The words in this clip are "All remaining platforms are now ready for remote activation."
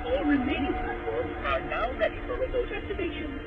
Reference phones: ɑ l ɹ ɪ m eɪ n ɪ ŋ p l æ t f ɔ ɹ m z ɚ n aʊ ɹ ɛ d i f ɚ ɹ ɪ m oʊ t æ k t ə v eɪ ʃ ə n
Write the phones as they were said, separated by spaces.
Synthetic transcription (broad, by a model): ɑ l ɹ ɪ m eɪ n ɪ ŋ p ʌ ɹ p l ɚ n aʊ ɹ ɛ d i f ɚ ɹ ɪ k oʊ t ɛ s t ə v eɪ ʃ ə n